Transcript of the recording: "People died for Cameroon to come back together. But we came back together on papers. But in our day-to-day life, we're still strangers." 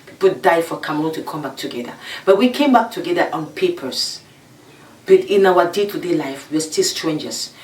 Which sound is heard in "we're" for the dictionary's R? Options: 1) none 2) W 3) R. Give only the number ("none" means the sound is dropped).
2